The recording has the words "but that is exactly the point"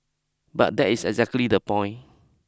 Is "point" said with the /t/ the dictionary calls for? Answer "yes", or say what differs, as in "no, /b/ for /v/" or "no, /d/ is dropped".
no, /t/ is dropped